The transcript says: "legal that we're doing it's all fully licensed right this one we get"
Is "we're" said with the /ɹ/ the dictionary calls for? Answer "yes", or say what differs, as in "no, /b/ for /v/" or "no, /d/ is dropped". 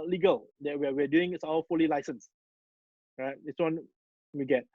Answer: no, /w/ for /ɹ/